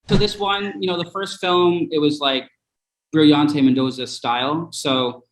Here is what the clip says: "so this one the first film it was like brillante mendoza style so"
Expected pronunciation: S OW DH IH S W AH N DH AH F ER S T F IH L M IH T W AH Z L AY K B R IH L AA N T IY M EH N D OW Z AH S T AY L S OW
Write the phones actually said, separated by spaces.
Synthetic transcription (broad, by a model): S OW DH IH S W AH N DH AH F ER S T F IH L M IH T W AH Z L AY K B R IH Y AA N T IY M EH N D OW Z AH S T AY L S OW